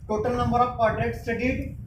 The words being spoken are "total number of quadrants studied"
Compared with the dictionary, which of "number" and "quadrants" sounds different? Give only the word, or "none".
quadrants